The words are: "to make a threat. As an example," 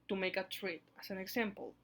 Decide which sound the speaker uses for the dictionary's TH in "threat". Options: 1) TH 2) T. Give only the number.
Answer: 2